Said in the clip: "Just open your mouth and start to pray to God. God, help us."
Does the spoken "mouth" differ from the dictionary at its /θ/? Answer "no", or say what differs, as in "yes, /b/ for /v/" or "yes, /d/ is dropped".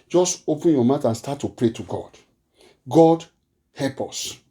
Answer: yes, /t/ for /θ/